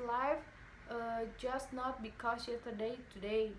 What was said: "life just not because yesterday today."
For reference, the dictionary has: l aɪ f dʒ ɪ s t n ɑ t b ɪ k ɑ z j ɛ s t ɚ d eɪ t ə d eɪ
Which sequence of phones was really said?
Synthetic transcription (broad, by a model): l aɪ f dʒ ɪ s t n ɑ t b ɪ k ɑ s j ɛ t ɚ d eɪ t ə d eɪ